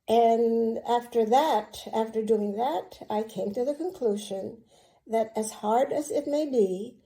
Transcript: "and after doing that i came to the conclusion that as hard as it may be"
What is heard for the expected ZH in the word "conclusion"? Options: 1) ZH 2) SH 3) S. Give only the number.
1